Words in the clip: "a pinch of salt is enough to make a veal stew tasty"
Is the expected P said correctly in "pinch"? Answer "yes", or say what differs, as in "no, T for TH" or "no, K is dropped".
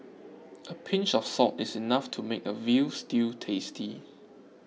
yes